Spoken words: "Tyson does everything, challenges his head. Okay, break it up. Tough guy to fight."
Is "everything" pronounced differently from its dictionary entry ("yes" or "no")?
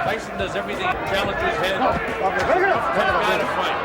no